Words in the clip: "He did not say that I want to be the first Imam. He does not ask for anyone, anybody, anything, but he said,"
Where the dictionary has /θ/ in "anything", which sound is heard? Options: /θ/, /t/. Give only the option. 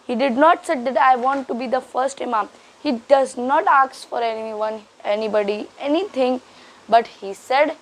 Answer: /t/